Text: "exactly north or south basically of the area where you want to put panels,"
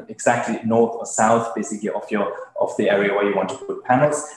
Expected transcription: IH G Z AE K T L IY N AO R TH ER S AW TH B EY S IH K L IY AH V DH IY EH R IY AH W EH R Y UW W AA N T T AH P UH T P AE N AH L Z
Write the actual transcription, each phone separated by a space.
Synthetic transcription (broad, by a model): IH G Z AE K T L IY N AO R TH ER S AW TH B EY S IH K L IY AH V DH IY EH R IY AH W EH R Y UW W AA N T T AH P UH T P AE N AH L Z